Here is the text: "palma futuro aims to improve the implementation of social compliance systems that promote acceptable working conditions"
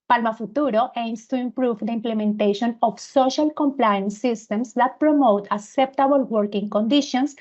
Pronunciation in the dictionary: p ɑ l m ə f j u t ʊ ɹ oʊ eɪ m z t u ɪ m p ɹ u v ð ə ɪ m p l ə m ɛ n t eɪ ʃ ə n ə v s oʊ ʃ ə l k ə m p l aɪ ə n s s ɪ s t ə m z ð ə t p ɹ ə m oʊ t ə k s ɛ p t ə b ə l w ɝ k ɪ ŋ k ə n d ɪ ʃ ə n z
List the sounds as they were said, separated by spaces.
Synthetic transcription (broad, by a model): p ɑ l m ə f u t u ɹ oʊ eɪ m s t u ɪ m p ɹ u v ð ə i m p l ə m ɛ n t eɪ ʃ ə n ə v s oʊ ʃ ə l k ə m p l aɪ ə n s s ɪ s t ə m s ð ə t p ɹ ə m oʊ t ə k s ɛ p t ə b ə l w ɝ k ɪ ŋ k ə n d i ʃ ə n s